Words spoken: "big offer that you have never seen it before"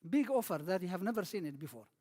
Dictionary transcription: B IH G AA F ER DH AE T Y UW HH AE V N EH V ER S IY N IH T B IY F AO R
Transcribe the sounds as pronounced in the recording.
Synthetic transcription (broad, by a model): B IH G AA F ER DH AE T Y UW HH AE V N EH V ER S IY N IH T B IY F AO R